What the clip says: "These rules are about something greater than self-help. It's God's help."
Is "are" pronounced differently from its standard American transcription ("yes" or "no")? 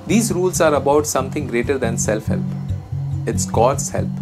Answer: no